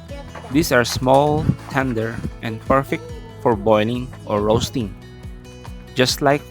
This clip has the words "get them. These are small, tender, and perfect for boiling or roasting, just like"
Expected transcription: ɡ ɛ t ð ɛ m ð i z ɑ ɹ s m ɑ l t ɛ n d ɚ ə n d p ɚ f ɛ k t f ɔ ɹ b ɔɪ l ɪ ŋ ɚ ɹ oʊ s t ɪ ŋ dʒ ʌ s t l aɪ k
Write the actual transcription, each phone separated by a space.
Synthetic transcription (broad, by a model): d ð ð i s ɑ ɹ s m ɑ l t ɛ n d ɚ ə n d p ɚ f ɛ k t f ɔ ɹ b ɔɪ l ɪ ŋ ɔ ɹ oʊ s t ɪ ŋ dʒ ʌ s t l aɪ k